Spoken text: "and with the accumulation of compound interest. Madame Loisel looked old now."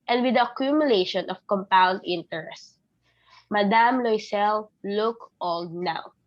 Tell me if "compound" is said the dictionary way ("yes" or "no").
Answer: yes